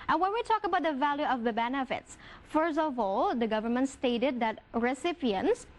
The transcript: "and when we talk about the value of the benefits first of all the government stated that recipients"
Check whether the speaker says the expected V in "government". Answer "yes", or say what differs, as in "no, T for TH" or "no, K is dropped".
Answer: yes